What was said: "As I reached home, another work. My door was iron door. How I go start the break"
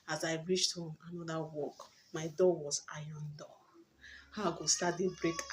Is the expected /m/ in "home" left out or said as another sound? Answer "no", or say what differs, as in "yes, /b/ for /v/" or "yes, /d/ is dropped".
yes, /m/ is dropped